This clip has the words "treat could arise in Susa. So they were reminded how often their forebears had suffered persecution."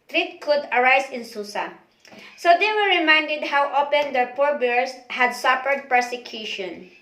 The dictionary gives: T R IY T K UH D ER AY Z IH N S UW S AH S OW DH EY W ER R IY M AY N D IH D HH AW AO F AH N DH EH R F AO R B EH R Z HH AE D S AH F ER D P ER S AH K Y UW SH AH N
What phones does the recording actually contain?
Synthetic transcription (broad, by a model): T R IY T K UH D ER AY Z IH N S UW S AH S OW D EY W ER R IY M AY N D IH D HH AW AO P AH N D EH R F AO R B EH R S HH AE D S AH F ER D P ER S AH K Y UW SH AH N